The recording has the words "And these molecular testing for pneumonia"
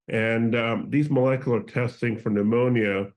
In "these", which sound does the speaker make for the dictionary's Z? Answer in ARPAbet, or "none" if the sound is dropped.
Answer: Z